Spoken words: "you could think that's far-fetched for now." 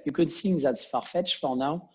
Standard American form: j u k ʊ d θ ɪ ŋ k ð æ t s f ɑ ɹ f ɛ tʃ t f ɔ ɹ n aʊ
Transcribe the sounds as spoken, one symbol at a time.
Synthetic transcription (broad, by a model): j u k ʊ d s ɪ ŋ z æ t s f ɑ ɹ f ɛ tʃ f ɔ ɹ n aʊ